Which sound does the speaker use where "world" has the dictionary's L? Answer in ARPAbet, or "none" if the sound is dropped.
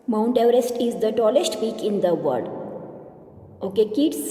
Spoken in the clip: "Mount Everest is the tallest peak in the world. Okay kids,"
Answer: none